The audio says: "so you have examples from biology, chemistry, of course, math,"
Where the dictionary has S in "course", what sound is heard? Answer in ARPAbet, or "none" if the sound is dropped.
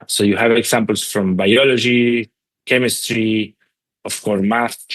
none